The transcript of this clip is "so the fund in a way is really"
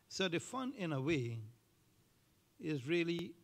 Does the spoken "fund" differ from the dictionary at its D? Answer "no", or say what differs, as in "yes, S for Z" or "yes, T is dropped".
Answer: yes, D is dropped